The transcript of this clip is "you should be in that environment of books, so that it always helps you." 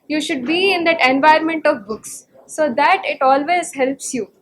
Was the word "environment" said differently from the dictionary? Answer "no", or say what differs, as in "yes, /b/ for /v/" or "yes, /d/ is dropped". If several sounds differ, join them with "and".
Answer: yes, /ɹ/ is dropped